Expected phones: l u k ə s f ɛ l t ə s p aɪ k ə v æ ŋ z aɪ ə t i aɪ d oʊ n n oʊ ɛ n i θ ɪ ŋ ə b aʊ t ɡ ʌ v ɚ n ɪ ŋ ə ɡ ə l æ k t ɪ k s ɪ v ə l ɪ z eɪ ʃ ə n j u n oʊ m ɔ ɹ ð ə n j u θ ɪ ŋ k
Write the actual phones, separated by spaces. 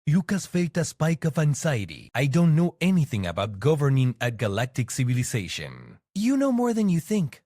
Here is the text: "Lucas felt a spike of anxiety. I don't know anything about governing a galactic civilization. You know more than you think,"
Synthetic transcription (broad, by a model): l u k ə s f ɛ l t ə s p aɪ k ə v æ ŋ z aɪ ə t i aɪ d oʊ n n oʊ ɛ n i θ ɪ ŋ ə b aʊ t ɡ ʌ v ɚ n ɪ ŋ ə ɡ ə l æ k t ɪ k s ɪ v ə l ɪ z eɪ ʃ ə n j u n oʊ m ɔ ɹ ð ə n j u θ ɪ ŋ k